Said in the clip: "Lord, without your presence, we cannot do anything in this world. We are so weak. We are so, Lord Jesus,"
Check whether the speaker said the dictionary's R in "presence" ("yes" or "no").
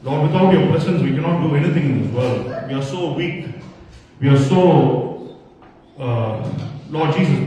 no